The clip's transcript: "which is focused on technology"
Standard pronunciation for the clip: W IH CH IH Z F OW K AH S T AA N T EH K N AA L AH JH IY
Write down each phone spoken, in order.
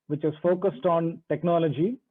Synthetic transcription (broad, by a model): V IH CH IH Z F OW K AH S T AA N T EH K N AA L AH JH IY